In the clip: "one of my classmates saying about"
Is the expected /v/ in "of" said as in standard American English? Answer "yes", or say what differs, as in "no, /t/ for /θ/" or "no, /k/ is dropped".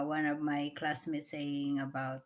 yes